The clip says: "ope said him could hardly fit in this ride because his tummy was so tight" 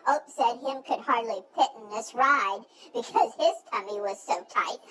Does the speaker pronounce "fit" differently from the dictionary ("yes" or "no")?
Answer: yes